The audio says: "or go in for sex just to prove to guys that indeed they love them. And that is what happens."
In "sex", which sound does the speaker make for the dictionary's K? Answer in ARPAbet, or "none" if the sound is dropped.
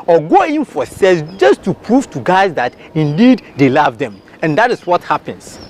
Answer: none